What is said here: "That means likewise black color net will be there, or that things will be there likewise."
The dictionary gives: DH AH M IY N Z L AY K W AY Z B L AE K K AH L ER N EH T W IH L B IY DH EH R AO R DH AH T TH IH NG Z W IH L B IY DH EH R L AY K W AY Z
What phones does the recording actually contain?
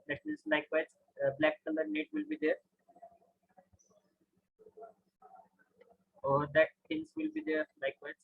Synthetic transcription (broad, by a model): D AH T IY Z L AY K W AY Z B L AE K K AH L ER N EH T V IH L B IY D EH R AO R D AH T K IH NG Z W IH L B IY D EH R L AY K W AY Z